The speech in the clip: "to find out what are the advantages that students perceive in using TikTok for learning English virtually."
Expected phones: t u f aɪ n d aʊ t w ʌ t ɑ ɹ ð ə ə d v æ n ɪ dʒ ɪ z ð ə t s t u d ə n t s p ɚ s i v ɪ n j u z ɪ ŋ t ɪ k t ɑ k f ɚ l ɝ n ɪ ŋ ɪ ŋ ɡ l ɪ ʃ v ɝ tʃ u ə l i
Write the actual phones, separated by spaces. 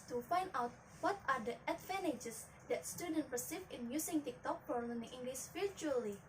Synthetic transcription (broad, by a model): t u f aɪ n d aʊ t w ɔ t ɑ ɹ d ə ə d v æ n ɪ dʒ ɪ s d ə t s t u d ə n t p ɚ s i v ɪ n j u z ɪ ŋ t ɪ k t ɑ k p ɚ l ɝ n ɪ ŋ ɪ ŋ ɡ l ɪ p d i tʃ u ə l i